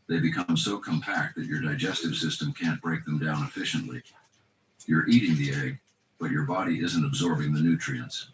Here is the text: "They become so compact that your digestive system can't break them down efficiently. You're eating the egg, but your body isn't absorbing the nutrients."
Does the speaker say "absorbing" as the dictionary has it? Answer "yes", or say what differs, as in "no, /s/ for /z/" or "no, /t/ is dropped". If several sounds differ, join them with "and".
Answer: yes